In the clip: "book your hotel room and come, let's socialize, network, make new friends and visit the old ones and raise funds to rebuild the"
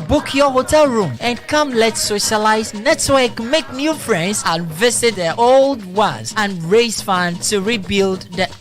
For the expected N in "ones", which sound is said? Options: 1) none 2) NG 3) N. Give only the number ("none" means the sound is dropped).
1